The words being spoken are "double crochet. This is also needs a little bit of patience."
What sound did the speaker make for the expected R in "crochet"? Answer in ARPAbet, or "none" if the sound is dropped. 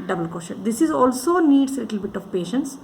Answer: none